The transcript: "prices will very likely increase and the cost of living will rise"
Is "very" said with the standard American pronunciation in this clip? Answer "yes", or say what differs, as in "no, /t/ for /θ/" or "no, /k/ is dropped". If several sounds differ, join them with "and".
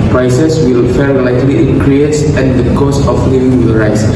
no, /f/ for /v/